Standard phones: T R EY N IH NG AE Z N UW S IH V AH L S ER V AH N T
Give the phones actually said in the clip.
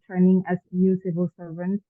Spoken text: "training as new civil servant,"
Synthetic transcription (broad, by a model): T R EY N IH NG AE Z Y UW S IH V AH L S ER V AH N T